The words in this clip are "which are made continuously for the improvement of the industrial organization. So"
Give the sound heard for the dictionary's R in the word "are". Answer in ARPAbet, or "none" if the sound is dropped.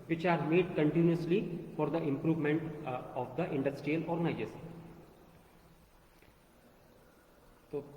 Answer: R